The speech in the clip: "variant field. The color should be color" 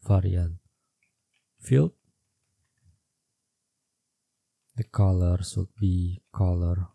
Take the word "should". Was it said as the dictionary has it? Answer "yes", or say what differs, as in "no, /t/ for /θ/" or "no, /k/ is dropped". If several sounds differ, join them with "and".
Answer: no, /s/ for /ʃ/